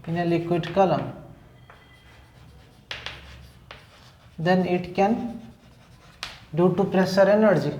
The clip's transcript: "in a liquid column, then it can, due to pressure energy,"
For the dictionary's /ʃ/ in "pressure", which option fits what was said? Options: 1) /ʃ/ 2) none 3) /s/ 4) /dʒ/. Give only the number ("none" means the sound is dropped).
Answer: 3